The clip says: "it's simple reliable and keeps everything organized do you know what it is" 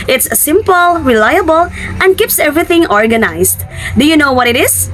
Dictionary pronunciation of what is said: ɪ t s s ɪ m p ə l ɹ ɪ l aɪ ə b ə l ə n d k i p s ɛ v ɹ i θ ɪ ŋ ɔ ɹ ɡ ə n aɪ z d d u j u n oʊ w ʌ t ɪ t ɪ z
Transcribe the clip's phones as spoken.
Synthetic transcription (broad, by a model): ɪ t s s ɪ m p ə l ɹ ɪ l aɪ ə b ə l ə n d k i p s ɛ v ɹ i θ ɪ ŋ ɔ ɹ ɡ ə n aɪ s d d u j u n oʊ w ʌ t ɪ t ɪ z